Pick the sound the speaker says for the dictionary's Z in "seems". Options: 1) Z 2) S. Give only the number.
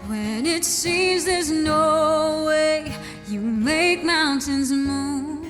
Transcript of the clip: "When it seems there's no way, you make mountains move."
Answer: 1